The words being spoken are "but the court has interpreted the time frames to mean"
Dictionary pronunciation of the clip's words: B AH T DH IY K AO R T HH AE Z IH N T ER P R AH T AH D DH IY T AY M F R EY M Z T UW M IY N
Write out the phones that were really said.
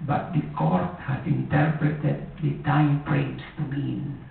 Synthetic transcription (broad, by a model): B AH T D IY K AO R T HH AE S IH N T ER P R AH T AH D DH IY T AY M P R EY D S T UW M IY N